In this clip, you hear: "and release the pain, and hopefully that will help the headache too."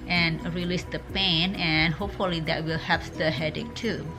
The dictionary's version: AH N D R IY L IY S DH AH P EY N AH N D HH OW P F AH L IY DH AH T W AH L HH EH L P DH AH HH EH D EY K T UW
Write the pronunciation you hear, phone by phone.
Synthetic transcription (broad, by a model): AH N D R IY L IY S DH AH P EY N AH N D HH OW P F AH L IY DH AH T W AH L HH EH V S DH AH HH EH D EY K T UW